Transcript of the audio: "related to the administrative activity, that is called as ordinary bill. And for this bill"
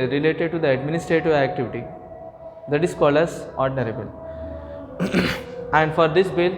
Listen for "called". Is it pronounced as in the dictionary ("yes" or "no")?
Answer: no